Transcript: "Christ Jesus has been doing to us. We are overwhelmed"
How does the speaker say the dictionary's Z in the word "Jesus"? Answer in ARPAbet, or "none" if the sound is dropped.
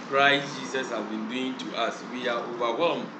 S